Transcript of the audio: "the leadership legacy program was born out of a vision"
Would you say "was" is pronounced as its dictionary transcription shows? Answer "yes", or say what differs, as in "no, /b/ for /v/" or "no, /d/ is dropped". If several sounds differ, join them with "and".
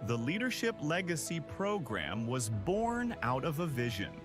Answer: yes